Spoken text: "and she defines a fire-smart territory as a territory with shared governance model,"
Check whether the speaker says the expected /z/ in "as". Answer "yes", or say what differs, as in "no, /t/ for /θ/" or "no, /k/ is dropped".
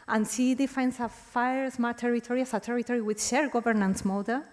no, /s/ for /z/